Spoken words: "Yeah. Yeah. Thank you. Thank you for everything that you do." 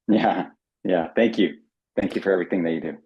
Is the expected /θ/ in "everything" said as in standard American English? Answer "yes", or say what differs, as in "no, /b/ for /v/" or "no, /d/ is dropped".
yes